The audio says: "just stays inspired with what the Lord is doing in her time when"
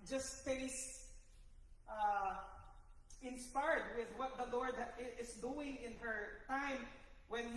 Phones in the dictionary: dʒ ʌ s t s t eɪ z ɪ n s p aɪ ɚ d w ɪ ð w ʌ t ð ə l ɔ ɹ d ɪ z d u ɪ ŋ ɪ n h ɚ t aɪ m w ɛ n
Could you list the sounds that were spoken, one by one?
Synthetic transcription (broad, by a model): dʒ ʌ s t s t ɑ ɪ n s p aɪ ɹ d w ɪ ð w ʌ t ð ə l ɔ ɹ d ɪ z d u ɪ ŋ ɪ n h ɚ t aɪ m w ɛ n